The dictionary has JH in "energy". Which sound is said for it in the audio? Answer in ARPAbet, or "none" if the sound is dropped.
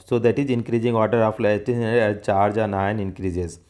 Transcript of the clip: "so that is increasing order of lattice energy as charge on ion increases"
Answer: SH